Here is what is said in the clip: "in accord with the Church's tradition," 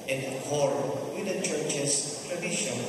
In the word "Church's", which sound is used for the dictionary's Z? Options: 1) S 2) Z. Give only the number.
1